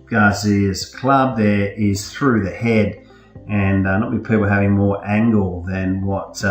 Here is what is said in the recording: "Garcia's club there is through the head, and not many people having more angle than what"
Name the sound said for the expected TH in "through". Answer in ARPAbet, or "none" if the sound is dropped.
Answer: TH